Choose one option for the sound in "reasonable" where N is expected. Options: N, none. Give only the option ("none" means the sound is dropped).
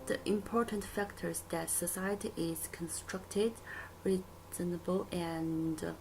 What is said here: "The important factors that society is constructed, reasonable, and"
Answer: N